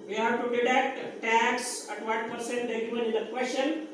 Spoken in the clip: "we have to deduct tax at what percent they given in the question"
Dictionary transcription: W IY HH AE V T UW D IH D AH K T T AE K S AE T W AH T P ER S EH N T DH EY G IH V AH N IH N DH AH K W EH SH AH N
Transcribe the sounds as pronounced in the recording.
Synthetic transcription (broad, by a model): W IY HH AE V T UW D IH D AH T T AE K S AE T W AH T P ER S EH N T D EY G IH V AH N IH N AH K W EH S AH N